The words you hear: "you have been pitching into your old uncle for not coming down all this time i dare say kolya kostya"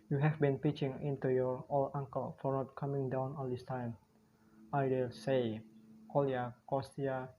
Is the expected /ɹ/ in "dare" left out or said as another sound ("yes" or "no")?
yes